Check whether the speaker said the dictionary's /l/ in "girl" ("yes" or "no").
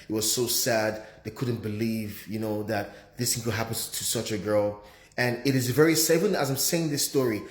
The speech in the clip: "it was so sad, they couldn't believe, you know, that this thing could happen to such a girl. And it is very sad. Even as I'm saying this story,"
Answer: yes